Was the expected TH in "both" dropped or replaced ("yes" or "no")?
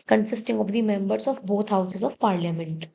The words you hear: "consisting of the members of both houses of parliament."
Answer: yes